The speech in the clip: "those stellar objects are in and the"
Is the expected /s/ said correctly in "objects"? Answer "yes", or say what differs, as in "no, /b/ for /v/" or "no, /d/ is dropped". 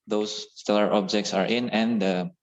yes